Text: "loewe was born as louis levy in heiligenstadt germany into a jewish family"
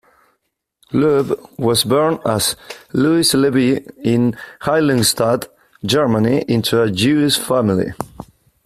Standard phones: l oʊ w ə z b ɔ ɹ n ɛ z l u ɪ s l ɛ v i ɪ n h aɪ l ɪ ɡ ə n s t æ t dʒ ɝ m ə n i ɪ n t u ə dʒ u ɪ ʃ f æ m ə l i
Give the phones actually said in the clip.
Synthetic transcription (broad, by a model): l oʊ w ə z b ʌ ɹ n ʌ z l u ɪ s l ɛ b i ɪ n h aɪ l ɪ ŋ s t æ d dʒ ɝ m ə n i ɪ n t u ə dʒ u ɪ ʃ f æ m ə l i